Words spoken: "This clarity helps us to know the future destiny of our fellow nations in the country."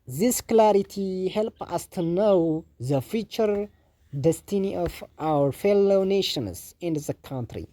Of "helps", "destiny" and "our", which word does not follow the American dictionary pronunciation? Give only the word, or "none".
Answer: helps